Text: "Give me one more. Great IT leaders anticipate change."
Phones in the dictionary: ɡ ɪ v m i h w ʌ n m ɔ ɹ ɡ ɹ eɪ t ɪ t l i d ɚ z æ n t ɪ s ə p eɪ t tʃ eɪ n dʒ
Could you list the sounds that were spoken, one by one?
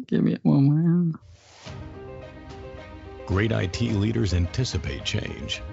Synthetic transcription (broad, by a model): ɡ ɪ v m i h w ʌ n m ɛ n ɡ ɹ eɪ t ɪ t l i d ɚ z æ n t ɪ s ə p eɪ t tʃ eɪ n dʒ